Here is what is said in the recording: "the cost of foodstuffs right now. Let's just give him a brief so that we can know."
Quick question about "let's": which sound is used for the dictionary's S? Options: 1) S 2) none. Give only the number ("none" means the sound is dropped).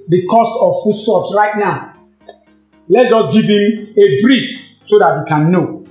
2